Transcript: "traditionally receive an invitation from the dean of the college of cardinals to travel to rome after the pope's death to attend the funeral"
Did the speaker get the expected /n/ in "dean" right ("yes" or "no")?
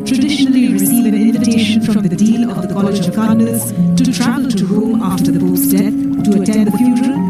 no